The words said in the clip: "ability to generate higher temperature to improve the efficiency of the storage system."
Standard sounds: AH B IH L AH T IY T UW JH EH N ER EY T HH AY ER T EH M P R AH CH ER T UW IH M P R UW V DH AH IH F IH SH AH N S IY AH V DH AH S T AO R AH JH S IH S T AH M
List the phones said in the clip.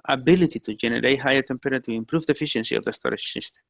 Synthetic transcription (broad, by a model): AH B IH L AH T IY T UW JH EH N ER EY T HH AY ER T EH M P AH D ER T UW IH M P R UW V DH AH F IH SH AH N S IY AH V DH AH S T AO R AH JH S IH S T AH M